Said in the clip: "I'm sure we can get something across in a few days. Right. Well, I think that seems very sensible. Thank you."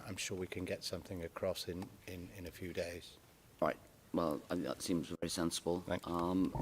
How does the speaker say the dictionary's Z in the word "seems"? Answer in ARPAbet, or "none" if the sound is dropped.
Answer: Z